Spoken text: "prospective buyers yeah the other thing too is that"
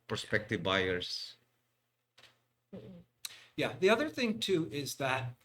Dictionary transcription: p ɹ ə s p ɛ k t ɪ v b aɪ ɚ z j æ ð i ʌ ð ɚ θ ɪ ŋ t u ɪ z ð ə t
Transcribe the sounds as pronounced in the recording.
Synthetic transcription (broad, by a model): p ɹ s p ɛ k t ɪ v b aɪ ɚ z j æ ð i ʌ ð ɚ θ ɪ ŋ t u ɪ z ð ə t